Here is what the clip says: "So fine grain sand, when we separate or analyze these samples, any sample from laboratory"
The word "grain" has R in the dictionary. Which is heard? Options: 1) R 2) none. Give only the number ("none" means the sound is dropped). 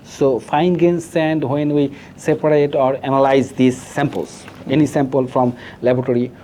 2